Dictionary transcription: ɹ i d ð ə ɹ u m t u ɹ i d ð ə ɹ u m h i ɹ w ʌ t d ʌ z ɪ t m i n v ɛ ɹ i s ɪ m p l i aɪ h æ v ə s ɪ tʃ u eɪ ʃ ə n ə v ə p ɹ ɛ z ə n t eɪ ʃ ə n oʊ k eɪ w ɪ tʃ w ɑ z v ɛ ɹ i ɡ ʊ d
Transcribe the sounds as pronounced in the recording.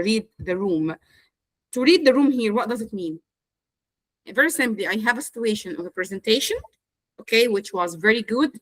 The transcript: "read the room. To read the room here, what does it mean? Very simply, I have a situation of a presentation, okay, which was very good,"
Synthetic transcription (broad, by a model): ɹ i d ð ə ɹ u m t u ɹ i d ð ə ɹ u m h i ɹ w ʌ t d ʌ z ɪ t m i n v ɛ ɹ i s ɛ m l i aɪ h æ v ə s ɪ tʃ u eɪ ʃ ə n ə v ə p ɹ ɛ z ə n t eɪ ʃ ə n oʊ k eɪ w ɪ tʃ w ɑ z v ɛ ɹ i ɡ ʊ d